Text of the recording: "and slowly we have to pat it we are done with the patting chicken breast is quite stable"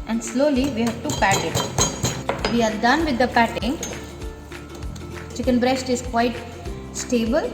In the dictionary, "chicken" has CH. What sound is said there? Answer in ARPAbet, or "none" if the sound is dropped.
CH